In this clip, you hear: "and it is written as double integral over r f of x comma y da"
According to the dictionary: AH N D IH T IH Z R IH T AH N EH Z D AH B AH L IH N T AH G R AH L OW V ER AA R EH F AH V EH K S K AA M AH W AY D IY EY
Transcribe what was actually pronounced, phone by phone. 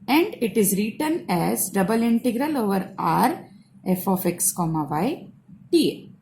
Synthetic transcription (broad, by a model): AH N D IH T IH Z R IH T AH N EH Z D AH B AH L IH N T AH G R AH L OW V ER AA R EH F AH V EH K S K AA M AH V AY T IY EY